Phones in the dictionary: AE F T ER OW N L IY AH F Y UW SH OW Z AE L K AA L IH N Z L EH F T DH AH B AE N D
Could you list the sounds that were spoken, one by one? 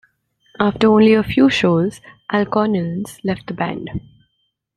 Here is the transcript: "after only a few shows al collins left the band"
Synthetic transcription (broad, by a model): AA F T ER OW N L IY AH F Y UW SH OW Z AE L K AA N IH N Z L EH F T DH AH B AE N D